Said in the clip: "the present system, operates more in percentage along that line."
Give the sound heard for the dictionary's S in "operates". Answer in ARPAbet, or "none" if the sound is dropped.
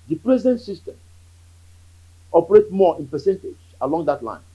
none